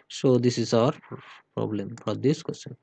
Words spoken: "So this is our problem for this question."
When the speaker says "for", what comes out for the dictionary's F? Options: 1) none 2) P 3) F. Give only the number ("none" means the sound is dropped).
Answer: 2